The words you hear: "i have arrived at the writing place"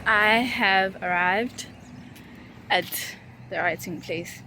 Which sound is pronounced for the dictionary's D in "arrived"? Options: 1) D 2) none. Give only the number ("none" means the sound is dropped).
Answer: 1